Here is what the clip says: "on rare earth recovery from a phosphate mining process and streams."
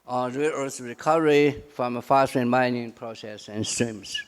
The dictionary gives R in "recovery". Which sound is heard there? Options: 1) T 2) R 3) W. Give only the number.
2